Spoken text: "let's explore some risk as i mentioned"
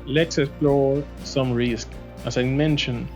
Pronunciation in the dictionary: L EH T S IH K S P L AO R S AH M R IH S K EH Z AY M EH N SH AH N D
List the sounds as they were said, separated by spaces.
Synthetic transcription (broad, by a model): L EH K S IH S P L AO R S AH M R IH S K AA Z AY M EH N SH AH N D